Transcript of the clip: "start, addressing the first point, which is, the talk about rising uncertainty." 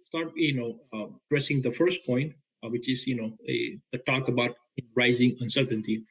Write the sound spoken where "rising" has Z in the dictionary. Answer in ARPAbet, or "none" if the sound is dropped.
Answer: Z